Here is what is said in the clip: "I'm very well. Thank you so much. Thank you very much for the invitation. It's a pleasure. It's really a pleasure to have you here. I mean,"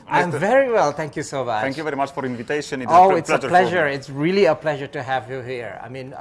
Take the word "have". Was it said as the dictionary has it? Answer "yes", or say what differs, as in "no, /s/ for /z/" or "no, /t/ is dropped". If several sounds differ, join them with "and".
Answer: yes